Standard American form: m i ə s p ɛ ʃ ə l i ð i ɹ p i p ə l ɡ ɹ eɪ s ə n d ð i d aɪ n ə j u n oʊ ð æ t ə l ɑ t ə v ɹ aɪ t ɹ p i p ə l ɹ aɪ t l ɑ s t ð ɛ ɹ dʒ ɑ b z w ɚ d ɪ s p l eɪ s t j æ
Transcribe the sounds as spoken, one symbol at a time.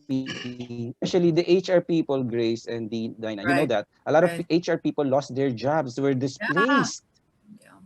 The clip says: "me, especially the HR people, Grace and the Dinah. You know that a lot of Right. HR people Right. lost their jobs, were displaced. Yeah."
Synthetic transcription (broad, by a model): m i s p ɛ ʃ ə l i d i ɹ p i p ə l ɡ ɹ eɪ s ə n d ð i d aɪ n ə j u n oʊ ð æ t ə l ɑ t ə v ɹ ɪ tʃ ɹ p i p ə l l ɑ s t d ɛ ɹ dʒ ɑ b s w ɚ d ɪ s p l eɪ s t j